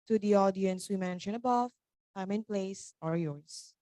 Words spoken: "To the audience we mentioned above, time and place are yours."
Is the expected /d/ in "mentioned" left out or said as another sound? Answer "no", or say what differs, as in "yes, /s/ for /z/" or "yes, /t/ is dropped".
yes, /d/ is dropped